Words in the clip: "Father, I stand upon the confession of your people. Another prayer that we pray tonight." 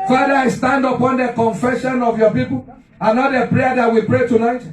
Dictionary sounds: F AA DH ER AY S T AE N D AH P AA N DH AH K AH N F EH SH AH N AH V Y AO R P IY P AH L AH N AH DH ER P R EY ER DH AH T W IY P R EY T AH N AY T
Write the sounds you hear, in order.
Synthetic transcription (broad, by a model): F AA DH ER AY S T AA N D AH P AA N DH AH K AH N F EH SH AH N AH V Y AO P IY P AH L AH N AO ER P R EY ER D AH T W IY P R EY T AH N AY T